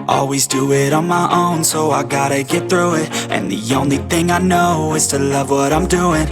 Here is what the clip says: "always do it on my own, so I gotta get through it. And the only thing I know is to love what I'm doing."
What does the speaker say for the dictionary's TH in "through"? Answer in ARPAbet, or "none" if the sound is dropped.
TH